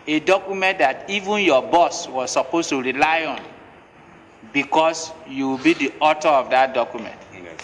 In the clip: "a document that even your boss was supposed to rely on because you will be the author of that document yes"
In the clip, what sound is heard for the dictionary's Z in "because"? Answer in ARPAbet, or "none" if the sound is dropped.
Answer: S